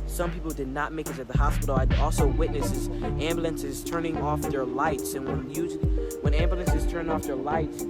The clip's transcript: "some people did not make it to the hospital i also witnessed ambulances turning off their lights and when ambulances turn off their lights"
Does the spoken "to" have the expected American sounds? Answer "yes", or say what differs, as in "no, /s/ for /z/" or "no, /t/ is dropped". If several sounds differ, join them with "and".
no, /s/ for /t/